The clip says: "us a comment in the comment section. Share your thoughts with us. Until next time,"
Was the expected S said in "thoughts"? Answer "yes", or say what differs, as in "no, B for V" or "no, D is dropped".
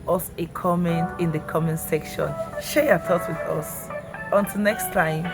no, S is dropped